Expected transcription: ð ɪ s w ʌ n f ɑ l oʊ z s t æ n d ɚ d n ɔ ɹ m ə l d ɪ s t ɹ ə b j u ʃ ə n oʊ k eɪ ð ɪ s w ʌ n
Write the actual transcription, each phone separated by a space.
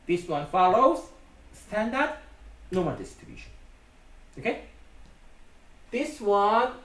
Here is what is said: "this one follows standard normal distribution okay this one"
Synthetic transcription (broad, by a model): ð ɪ s w ʌ n f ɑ l oʊ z s t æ n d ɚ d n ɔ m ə n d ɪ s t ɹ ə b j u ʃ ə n oʊ k eɪ ð ɪ s w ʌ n